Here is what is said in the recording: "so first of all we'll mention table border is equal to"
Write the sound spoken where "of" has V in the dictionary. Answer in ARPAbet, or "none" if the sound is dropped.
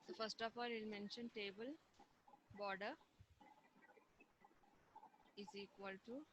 P